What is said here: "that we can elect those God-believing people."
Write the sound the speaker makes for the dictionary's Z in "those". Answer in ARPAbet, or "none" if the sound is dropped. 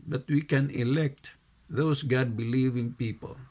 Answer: S